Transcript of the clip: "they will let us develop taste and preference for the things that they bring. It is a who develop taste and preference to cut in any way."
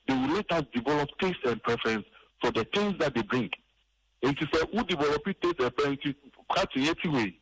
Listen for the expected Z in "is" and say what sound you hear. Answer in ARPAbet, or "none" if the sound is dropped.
S